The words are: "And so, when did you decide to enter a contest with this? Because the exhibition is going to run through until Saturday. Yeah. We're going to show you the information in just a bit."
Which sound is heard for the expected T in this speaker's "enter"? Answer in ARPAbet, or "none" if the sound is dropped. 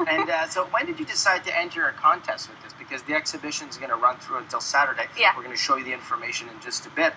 T